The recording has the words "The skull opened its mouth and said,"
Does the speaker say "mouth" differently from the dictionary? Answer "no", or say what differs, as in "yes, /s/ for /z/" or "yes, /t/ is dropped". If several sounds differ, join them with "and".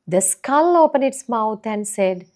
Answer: yes, /t/ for /θ/